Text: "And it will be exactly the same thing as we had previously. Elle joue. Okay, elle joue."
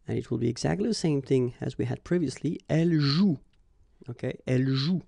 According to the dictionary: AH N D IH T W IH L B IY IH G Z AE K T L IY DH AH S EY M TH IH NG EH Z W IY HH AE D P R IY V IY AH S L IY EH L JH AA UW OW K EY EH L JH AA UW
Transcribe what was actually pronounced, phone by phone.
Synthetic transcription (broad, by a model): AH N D IH T W IH L B IY IH G Z AE K T L IY DH AH S EY M TH IH NG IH Z W IY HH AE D P R IY V IY AH S L IY EH L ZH UW OW K EY EH L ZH UW